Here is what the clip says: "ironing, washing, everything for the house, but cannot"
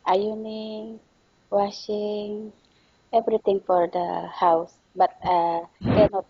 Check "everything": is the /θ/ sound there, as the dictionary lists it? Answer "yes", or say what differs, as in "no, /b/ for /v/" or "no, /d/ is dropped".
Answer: no, /t/ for /θ/